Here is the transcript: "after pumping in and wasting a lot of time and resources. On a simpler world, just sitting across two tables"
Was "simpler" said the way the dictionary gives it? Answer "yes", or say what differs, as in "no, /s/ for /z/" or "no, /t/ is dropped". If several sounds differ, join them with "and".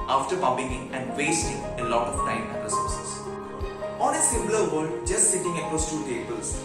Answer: no, /p/ is dropped